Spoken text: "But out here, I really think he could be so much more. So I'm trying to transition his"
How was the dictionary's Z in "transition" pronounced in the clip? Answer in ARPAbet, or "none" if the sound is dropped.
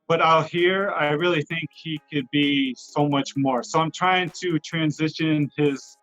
Z